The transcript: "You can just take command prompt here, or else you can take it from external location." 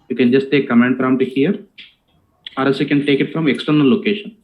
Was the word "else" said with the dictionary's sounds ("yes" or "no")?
no